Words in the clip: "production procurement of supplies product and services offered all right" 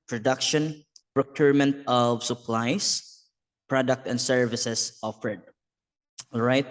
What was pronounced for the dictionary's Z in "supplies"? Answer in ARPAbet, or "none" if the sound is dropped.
S